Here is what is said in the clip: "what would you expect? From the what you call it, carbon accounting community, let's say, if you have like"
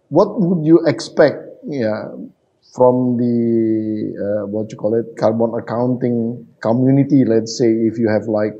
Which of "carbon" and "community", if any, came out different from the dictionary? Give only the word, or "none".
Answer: none